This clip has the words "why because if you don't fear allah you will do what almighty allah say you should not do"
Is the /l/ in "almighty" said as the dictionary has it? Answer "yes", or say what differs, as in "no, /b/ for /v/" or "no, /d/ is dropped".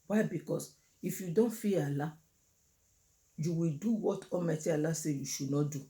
no, /l/ is dropped